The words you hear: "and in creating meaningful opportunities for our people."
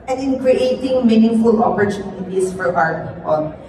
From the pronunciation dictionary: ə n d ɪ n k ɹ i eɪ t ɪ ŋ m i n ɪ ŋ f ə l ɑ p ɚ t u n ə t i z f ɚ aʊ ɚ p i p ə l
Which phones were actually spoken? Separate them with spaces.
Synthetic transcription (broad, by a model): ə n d ɪ n k ɹ i eɪ t ɪ ŋ m i n ɪ ŋ f ə l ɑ p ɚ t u n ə t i s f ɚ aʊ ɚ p i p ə l